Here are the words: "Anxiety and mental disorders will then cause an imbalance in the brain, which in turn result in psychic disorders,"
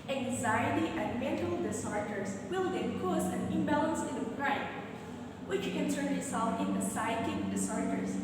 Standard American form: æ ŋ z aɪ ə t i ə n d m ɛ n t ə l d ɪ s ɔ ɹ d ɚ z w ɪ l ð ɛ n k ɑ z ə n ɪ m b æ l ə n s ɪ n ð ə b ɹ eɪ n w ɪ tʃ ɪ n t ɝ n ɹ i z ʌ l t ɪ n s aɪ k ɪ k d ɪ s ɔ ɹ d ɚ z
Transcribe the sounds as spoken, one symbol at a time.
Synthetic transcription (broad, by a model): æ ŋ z aɪ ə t i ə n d m ɛ n t ə l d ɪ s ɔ ɹ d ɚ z w ɪ l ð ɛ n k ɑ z ə n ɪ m b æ l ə n s ɪ n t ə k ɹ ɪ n w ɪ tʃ ɪ n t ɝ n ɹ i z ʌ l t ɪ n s aɪ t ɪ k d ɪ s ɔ ɹ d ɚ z